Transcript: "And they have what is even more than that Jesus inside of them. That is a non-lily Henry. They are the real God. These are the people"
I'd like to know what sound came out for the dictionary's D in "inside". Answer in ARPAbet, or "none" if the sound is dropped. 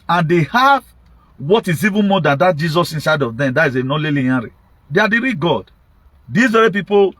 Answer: D